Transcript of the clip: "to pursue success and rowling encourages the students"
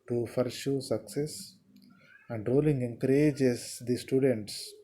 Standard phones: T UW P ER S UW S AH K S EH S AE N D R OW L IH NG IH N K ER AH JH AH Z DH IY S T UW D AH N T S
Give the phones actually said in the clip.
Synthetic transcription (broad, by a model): T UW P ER SH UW S AH K S EH S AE N D R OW L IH NG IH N K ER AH JH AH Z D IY S T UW D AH N T S